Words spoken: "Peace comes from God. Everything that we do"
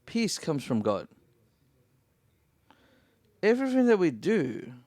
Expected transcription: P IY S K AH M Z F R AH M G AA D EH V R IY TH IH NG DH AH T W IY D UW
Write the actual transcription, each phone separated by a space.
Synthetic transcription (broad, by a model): P IY S K AH M Z F R AH M G AA D EH V R IY TH IH NG DH AH T W IY D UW